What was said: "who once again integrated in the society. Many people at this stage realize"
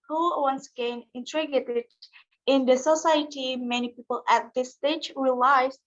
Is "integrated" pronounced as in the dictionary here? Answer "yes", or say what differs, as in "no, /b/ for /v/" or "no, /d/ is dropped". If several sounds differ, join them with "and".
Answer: no, /ɹ/ is dropped